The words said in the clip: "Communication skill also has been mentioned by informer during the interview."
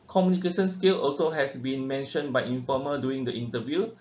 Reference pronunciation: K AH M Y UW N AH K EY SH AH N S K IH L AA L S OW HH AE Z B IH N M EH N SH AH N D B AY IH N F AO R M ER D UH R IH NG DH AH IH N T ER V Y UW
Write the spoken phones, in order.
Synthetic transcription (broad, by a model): K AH M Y UW N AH K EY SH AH N S K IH L AA L S OW HH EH S B IH N M EH N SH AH N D B AY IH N F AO M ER D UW IH NG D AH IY N T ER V Y UW